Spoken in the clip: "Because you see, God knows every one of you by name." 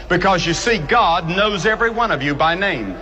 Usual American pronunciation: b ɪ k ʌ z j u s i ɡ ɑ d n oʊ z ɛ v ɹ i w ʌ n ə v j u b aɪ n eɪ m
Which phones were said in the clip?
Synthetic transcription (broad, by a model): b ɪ k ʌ z j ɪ s i ɡ ɑ d n oʊ z ɛ v ɹ i w ʌ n ə v j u b aɪ n eɪ m